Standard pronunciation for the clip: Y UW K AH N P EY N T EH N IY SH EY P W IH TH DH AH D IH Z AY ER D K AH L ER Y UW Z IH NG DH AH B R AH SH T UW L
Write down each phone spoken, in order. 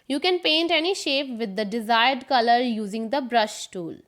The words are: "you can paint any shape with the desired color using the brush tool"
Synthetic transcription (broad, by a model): Y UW K AH N P EY N T EH N IY SH EY P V IH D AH D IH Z AY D D K AH L ER Y UW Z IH NG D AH B R AH SH T UW L